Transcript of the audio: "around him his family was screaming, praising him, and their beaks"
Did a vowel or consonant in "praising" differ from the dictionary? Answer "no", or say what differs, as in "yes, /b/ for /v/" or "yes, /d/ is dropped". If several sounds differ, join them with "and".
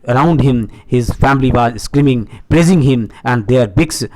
yes, /l/ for /ɹ/